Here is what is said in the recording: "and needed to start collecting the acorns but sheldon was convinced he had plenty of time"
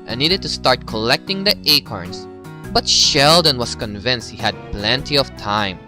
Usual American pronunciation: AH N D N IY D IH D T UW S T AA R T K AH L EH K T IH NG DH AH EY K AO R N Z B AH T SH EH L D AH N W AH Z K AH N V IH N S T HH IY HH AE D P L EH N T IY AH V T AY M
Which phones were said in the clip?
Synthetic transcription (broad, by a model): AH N N IY D IH D T UW S T AA R T K AH L EH K T IH NG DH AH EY K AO R N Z B AH T SH EH L D AH N W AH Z K AH N V IH N S T HH IY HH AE D P L EH N T IY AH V T AY M